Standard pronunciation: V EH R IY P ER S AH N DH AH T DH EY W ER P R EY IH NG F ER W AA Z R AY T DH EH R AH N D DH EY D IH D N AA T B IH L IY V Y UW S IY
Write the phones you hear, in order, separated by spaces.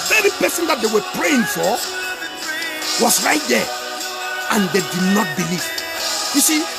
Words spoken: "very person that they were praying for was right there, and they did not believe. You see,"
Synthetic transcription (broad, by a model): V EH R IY P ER S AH N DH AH T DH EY W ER P R EY IH NG F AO W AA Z R AY T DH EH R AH N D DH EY D IH D N AA T B IH L IY V Y UW S IY